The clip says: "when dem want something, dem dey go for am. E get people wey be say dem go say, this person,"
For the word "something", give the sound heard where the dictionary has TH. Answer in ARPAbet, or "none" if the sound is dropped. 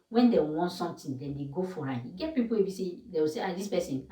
T